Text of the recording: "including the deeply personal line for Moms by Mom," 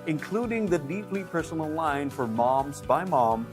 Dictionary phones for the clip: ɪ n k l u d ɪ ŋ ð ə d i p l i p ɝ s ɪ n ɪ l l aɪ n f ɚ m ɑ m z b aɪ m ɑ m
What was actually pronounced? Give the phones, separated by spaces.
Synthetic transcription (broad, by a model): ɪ n k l u d ɪ ŋ ð ə d i p l i p ɝ s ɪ n l l aɪ n f ɚ m ɑ m z b aɪ m ɑ m